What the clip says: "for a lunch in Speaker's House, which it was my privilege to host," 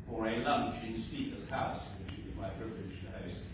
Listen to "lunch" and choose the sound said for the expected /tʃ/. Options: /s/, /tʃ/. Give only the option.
/tʃ/